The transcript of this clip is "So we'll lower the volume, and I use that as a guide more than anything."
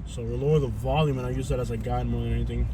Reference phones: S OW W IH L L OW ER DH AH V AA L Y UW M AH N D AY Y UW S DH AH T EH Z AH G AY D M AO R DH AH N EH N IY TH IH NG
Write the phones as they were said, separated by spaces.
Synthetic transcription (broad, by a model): S OW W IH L L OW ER DH AH V AA L Y UW M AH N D AY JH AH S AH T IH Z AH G AY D M AO R DH AH N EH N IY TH IH NG